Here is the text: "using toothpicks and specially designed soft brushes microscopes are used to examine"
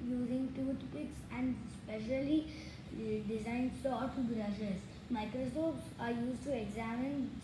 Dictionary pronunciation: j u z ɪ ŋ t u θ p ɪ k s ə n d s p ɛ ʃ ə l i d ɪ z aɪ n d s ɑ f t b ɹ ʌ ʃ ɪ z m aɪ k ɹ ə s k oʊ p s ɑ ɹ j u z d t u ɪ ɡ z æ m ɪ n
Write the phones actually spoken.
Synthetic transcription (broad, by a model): j u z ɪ ŋ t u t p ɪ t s ə n d s p ɛ ʃ ə l i d ɪ z aɪ n d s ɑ t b ɹ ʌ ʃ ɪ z m aɪ k ɹ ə s oʊ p s ɑ ɹ j u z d t u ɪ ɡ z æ m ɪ n